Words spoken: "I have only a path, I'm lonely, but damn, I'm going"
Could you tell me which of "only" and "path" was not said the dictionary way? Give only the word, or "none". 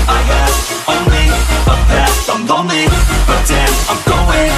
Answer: path